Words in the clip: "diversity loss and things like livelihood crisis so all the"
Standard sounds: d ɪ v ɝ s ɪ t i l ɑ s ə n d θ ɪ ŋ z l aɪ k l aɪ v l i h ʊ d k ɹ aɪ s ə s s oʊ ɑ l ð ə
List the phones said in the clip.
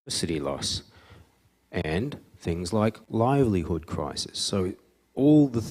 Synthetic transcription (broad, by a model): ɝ s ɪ t i l ɑ s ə n θ ɪ ŋ z l aɪ k l aɪ v l i h ʊ d k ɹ aɪ s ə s s oʊ ɑ l ð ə